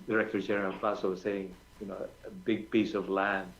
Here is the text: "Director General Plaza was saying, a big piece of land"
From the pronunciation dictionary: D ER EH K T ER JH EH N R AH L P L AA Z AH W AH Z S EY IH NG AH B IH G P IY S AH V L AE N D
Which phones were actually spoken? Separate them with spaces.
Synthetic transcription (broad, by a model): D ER EH K T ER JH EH R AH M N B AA S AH W AH Z S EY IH NG AH B IH G P IY S AH V L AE N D